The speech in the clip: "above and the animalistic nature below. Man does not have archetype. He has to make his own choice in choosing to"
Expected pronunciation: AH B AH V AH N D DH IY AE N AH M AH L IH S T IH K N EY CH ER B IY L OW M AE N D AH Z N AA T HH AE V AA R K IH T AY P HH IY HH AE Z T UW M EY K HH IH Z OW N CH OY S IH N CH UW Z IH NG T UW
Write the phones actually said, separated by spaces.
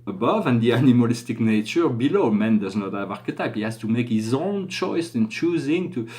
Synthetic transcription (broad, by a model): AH B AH V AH N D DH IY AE N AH M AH L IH S T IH K N EY CH ER B IY L OW M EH N D AH Z N AA T HH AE V AA R K IH T AY P HH IY HH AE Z T UW M EY K HH IH Z OW N CH OY S IH N CH UW Z IH NG T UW